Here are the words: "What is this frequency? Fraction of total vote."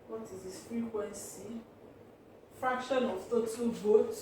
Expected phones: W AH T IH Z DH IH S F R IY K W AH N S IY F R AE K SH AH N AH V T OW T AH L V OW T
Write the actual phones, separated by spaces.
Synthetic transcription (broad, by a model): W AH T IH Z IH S F R IY K W AH N S IY F R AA K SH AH N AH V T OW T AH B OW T